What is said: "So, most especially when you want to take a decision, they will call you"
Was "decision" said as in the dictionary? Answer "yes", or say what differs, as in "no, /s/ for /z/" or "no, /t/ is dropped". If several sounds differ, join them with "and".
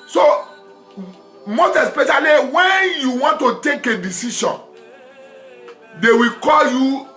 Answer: no, /ʃ/ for /ʒ/